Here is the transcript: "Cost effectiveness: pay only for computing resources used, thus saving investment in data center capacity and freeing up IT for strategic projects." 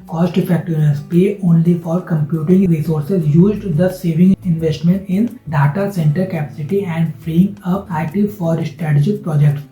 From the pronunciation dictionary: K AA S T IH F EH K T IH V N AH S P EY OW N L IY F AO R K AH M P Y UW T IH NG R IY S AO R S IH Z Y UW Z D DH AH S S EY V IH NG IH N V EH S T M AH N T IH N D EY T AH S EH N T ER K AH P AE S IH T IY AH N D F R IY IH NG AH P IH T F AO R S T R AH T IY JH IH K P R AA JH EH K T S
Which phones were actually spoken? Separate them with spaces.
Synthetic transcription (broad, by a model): K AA S T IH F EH K T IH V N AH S P EY OW N L IY F AO R K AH M P Y UW T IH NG R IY S AO R S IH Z Y UW Z D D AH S S EY V IH NG IH N V EH S T M AH N T IH N D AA T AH S EH N T ER K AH P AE S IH T IY AH N D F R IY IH NG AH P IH T F AO R S T R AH T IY JH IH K P R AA JH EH K T S